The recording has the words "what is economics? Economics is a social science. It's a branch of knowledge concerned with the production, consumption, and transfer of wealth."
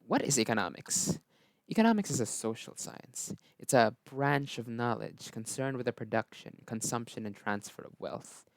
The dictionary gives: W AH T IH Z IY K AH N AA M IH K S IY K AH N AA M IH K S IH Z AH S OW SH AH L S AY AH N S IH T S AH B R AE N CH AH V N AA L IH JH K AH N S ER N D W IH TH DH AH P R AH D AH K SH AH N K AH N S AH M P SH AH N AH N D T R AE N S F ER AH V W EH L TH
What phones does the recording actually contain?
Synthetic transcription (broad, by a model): W AH T IH Z IY K AH N AA M IH K S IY K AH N AA M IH K S IH Z AH S OW SH L S AY AH N S IH T S AH B R AE N CH AH V N AA L IH JH K AH N S ER N D W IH DH AH P R AH D AH K SH AH N K AH N S AH M P SH AH N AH N T R AE N S F ER AH V W EH L TH